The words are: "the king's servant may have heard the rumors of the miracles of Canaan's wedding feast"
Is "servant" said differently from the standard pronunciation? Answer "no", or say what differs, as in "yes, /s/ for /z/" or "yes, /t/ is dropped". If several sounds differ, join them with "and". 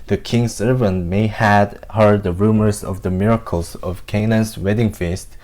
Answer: no